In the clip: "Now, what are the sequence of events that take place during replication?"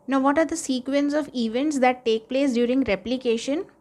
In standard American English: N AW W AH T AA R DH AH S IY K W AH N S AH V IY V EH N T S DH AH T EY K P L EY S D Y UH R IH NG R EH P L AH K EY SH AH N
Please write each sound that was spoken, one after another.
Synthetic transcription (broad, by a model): N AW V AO T AA R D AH S IY K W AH N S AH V IY V EH N T S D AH T EY K P L EY S D Y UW R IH NG R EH P L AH K EY SH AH N